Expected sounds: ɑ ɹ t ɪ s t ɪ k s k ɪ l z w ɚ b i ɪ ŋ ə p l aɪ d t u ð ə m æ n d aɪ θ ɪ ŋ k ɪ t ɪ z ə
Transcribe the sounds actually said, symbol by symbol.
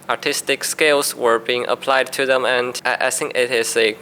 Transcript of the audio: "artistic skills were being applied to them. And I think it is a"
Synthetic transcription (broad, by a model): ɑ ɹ t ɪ s t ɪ k s k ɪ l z w ɚ b i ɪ ŋ ə p l aɪ d t u ð ə m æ n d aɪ s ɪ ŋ ɪ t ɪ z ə